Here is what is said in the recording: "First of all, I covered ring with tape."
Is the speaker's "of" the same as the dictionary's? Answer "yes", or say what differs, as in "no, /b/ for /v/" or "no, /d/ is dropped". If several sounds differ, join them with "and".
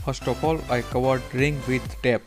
no, /p/ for /v/